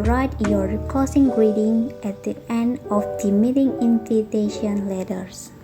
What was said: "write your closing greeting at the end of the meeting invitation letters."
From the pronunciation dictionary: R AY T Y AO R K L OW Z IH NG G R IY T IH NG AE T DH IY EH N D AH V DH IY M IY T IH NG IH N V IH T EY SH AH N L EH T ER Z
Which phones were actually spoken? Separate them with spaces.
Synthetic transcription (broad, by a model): R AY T Y AO R K OW S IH NG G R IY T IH NG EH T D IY EH N D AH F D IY M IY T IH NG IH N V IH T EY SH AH N L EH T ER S